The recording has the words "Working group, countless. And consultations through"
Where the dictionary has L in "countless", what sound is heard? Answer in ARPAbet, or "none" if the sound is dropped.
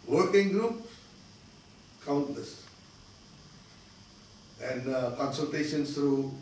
none